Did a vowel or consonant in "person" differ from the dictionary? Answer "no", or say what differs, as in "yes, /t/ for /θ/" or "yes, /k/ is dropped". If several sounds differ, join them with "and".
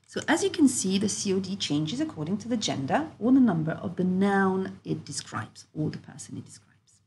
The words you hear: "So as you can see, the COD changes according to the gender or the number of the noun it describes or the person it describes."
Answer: no